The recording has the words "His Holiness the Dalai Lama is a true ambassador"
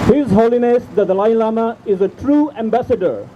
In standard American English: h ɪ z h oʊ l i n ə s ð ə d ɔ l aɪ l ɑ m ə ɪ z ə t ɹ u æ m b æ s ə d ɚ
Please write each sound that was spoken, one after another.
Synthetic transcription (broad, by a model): h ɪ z h oʊ l i n ə s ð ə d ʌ l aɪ l ɑ m ə ɪ z ə t ɹ u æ m b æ s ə d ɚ